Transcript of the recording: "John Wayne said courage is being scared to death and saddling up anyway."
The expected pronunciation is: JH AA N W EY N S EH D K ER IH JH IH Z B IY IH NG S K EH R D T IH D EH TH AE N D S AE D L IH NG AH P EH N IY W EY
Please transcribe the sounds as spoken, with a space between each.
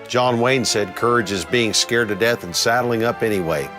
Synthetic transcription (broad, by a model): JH AA N W EY N S EH D K ER IH JH IH Z B IY IH NG S K EH R D T IH D EH TH N S AE D L IH NG AH P EH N IY W EY